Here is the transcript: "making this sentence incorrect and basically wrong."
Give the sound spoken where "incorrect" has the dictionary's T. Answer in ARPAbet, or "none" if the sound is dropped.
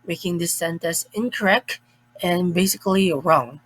none